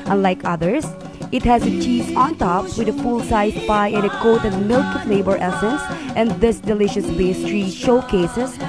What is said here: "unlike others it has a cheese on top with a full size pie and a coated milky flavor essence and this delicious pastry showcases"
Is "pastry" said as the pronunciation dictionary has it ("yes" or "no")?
no